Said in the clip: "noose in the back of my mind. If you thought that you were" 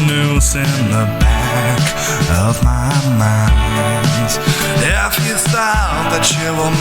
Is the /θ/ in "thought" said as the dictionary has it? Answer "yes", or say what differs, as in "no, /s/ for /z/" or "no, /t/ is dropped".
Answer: no, /s/ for /θ/